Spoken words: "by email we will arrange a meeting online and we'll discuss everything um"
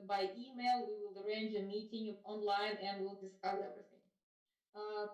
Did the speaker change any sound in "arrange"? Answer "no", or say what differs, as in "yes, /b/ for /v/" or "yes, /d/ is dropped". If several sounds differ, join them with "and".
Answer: no